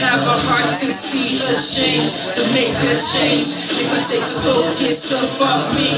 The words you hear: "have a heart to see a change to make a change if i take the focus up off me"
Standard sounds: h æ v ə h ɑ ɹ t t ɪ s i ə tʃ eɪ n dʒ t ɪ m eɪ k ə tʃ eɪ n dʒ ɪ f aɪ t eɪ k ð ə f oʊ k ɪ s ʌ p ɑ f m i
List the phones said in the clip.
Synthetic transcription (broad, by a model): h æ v ə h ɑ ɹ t t ɪ s i ə tʃ eɪ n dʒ t ɪ m eɪ k ə tʃ eɪ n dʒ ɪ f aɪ t eɪ k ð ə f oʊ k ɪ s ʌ f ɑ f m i